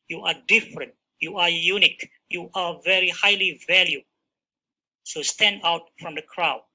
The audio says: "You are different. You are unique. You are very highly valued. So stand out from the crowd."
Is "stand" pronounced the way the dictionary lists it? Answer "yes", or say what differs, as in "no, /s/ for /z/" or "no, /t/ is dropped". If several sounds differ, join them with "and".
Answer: yes